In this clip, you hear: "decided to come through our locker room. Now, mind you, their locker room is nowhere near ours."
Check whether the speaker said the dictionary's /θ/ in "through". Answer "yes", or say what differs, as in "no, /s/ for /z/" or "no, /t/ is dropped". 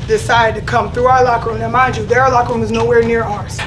yes